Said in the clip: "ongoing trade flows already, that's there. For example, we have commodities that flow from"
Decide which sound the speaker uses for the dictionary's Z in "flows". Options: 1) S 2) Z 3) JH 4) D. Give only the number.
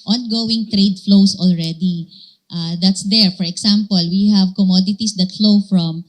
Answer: 1